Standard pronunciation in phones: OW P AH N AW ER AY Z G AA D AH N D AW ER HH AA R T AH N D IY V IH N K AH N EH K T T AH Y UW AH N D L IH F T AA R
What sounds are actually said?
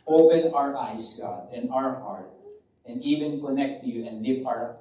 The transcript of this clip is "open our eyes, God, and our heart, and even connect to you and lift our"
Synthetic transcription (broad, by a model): OW P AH N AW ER AY S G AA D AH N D AW ER HH AA R T AH N D IY V IH N K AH N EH K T T Y UW AH N D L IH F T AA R